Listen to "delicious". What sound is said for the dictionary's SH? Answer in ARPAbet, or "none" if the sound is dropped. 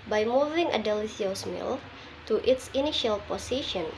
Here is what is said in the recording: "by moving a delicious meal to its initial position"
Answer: S